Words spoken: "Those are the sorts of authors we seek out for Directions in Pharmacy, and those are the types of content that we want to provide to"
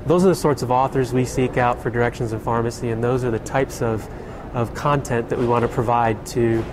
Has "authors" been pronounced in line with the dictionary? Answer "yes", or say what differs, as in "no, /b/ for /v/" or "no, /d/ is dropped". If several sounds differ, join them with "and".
yes